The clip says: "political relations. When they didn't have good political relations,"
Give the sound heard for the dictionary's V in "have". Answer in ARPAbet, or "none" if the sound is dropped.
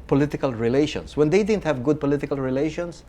V